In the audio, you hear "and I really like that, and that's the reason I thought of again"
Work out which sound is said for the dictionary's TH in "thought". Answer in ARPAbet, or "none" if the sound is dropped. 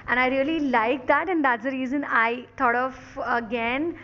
T